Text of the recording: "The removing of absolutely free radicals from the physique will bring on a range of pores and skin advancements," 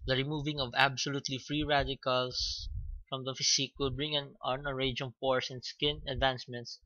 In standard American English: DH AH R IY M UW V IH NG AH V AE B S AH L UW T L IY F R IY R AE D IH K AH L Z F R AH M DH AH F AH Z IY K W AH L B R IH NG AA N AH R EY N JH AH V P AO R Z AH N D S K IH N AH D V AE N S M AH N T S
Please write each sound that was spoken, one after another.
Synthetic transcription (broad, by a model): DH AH R IY M UW V IH NG AH V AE B S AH L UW T L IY F R IY R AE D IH K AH L S F R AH M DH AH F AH S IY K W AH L B R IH NG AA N AH R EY JH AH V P AO R S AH N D S K IH N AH D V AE N S M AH N T S